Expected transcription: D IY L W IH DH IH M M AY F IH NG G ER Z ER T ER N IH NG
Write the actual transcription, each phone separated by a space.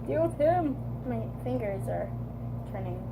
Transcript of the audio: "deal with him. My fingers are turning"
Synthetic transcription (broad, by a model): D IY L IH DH IH M M AY F IH NG G ER Z ER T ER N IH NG